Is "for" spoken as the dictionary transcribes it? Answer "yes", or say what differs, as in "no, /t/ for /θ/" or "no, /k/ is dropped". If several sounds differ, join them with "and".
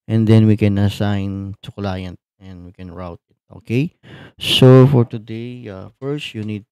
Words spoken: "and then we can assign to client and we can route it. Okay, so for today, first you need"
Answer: yes